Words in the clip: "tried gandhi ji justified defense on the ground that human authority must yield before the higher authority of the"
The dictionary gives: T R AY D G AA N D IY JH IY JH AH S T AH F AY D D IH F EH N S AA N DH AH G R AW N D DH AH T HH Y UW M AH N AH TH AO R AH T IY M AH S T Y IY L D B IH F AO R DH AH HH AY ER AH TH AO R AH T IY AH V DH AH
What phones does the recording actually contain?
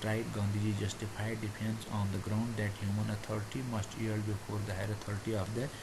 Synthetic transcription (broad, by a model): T R AY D G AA N D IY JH IY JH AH S T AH P AY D D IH P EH N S AA N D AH G R AW N D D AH T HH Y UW M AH N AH T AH R T IY M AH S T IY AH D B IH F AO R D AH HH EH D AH T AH R T IY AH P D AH